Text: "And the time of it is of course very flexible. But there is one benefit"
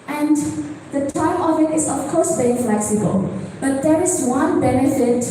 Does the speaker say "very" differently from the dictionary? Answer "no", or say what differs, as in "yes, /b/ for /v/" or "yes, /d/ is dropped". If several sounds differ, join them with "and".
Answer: yes, /b/ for /v/